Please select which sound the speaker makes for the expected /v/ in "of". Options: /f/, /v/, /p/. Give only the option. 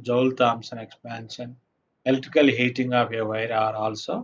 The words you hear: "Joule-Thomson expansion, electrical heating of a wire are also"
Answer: /p/